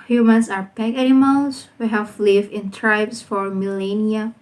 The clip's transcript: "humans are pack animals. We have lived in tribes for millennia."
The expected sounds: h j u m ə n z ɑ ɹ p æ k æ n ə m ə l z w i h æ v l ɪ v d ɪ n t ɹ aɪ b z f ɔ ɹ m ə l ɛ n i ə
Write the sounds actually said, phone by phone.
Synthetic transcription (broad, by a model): h j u m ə n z ɑ ɹ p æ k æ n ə m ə l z w i h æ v l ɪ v ɪ n t ɹ aɪ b s f ɔ ɹ m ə l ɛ n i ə